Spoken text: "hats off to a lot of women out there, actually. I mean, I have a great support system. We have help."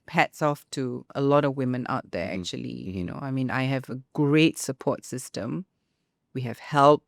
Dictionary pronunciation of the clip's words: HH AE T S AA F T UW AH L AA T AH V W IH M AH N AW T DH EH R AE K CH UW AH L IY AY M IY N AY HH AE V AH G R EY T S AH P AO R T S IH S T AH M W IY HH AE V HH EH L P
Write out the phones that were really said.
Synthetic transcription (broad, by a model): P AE T S AA F T UW AH L AA T AH V W IH M AH N AW T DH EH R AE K CH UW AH L IY AY M IY N AY HH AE V AH G R EY T S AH P AO T S IH S T AH M W IY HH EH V HH EH L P